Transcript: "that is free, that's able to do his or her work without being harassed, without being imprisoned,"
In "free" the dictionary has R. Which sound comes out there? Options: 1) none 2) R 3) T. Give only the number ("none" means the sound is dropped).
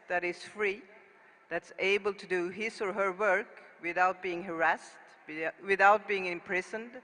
2